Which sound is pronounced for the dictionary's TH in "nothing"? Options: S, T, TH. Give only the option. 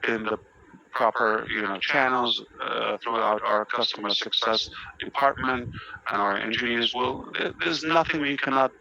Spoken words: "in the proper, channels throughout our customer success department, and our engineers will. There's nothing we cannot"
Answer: TH